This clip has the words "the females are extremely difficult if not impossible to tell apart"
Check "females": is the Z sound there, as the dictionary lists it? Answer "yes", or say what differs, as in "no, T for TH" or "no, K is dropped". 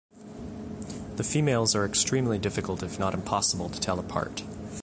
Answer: yes